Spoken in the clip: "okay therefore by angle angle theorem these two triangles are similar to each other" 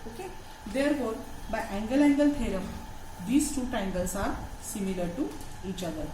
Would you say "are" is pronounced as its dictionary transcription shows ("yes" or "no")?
yes